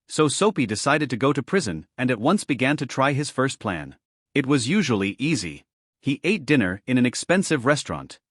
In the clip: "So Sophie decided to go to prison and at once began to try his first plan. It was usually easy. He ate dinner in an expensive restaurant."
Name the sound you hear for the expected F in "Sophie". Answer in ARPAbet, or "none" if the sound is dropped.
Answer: P